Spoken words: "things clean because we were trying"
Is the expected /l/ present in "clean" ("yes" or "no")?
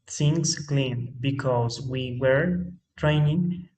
yes